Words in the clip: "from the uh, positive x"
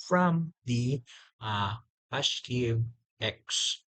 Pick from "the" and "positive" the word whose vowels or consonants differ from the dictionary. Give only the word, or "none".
positive